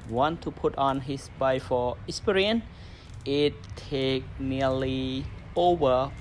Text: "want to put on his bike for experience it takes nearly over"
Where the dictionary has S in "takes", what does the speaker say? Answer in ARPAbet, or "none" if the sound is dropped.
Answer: none